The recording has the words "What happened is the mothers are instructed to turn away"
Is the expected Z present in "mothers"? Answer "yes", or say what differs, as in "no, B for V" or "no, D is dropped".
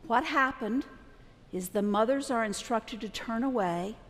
yes